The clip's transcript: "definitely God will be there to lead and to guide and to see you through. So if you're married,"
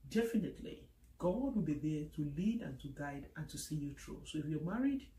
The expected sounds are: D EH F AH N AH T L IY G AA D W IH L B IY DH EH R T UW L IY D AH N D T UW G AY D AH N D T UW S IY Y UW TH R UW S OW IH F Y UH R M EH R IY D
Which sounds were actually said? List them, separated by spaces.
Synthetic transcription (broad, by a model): D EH F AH N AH T L IY G AA D W IH L B IY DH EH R T UW L IY D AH N T UW G AY D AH N T UW S IY Y UW T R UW S OW IH F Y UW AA M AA R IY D